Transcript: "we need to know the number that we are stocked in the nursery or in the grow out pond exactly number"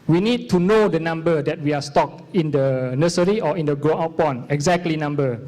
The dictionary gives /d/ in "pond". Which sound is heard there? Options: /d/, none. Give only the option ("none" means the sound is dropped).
none